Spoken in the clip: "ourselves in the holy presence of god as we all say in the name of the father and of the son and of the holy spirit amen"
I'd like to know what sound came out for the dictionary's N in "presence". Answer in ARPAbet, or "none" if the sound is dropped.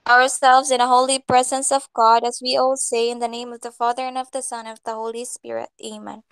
N